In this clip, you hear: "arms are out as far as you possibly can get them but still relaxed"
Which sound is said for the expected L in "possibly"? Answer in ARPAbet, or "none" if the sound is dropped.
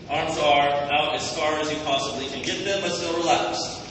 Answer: L